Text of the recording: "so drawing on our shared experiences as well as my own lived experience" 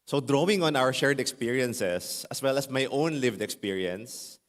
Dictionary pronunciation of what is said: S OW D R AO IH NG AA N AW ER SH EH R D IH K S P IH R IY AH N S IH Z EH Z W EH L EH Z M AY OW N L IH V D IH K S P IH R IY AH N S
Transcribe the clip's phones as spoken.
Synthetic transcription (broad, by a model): S OW D R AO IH NG AA N AW ER SH EH R D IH K S P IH R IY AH N S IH S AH S W EH L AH S M AY OW N L IH V D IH K S P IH R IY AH N S